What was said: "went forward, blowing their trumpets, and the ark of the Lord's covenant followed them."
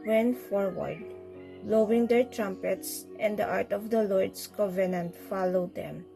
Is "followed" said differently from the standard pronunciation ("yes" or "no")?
no